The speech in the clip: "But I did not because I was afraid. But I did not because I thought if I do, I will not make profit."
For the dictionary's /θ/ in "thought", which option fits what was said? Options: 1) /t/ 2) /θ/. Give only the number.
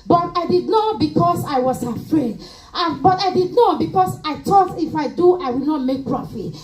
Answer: 1